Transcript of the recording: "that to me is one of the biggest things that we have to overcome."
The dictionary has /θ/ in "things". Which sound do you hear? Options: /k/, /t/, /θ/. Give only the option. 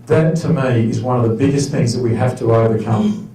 /θ/